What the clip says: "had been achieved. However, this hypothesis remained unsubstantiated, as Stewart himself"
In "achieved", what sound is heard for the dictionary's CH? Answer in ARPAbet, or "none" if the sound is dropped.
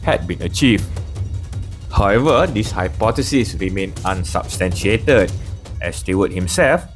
CH